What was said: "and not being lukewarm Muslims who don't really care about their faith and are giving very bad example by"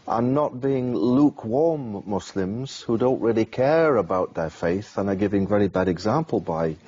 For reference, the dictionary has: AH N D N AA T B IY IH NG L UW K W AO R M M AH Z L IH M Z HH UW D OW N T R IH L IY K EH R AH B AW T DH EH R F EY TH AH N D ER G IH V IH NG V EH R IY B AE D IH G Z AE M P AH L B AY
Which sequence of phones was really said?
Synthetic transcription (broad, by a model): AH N N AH T B IY IH NG L UW K W AO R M M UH S L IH M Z HH UW D OW N T R IH L IY K EH R AH B AW T DH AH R F EY TH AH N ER G IH V IH NG V EH R IY B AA D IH G Z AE M P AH L B AY